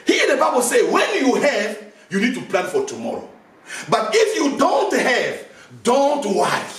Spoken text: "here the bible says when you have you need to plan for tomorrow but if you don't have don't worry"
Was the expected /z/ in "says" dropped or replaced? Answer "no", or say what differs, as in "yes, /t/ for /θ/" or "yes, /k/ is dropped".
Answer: yes, /z/ is dropped